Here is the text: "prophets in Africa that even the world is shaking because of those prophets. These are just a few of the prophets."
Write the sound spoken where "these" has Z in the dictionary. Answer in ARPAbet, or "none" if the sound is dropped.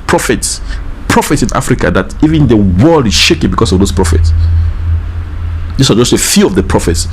S